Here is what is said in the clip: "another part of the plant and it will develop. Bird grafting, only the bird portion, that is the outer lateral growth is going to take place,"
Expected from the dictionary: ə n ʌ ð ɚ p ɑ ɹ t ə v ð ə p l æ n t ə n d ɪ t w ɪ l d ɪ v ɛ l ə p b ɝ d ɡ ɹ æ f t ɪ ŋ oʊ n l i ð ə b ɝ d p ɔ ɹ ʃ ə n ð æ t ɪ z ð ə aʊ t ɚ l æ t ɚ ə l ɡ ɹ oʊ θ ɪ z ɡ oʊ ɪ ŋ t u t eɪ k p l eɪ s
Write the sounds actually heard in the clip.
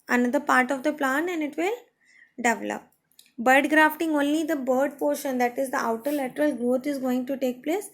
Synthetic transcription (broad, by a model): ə n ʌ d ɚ p ɑ ɹ t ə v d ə p l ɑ n ə n d ɪ t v ɪ l d ɪ v ɛ l ə p b ɝ d ɡ ɹ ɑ f t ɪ ŋ oʊ n l i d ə b ɝ d p ɔ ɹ ʃ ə n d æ t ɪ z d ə aʊ t ɚ l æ t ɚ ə l ɡ ɹ oʊ t ɪ z ɡ oʊ ɪ ŋ t u t eɪ k p l eɪ s